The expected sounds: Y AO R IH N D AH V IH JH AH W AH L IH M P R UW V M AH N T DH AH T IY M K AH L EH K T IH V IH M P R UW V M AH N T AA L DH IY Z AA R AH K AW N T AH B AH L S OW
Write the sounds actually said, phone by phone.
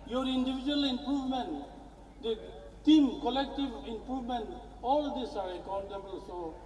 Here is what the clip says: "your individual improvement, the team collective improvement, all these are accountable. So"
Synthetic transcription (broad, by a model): Y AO R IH N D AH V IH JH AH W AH L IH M P R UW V M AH N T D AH T IY M K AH L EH K T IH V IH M P R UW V M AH N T AA L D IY S AA R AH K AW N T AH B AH L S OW